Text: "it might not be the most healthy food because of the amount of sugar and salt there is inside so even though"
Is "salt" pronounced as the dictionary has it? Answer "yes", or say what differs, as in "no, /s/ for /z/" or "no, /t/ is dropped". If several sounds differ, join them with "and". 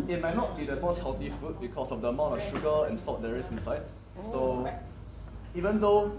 no, /l/ is dropped